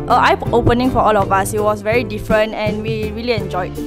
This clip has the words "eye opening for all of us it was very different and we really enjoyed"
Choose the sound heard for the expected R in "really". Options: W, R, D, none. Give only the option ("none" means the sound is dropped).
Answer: R